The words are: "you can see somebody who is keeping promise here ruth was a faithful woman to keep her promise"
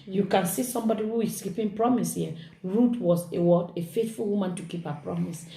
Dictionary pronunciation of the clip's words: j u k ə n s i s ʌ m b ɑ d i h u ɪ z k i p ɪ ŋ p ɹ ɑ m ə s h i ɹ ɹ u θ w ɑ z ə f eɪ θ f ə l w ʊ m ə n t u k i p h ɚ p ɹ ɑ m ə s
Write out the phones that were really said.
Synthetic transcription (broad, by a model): j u k ə n s i s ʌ m b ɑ d i h u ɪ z k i p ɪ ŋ p ɹ ɑ m ə s h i ɹ w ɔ s w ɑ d ə f eɪ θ f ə l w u m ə n t u k i p h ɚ p ɹ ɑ m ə s